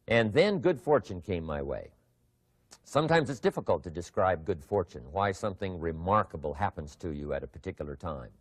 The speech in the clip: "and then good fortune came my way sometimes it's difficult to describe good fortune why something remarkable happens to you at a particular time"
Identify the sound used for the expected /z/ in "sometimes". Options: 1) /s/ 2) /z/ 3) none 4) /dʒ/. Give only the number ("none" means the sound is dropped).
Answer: 2